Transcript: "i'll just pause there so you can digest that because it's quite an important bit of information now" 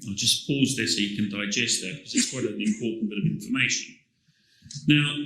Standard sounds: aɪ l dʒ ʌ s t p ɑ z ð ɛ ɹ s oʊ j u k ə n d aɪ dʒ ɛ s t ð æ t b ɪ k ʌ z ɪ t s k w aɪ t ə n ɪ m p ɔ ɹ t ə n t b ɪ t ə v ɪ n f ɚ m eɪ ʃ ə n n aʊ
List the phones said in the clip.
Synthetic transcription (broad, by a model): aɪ dʒ ʌ s p ɑ z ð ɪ s oʊ j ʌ k ə n d aɪ dʒ ɛ s t ð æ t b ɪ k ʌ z ɪ t s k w aɪ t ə l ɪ m p ɔ t n b ɪ t ə v ɪ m f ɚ m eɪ ʃ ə n n aʊ